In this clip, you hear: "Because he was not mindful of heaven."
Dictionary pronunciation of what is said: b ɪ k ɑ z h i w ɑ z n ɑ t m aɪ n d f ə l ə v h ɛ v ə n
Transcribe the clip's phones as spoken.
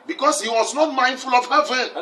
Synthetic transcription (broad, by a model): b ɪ k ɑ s h i w ɑ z n ɑ t m aɪ n d f ə l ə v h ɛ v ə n